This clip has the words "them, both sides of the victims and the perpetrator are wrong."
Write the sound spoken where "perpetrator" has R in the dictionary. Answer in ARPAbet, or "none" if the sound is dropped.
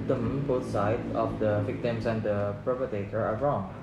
none